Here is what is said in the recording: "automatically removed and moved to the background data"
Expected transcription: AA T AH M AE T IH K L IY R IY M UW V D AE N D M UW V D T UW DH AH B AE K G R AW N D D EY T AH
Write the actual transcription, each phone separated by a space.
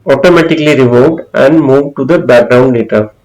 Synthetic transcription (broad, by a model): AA T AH M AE T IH K L IY R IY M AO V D AE N D M UW V D T UW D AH B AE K G R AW N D D EY T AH